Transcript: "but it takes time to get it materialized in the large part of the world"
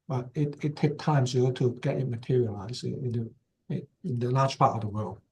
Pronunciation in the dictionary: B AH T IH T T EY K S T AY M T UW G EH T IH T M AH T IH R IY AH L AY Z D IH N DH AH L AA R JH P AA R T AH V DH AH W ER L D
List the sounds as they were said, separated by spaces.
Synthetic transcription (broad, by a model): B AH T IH T T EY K T AY M T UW G EH T IH T M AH T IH R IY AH L AY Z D IH N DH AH L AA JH P AA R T AH V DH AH W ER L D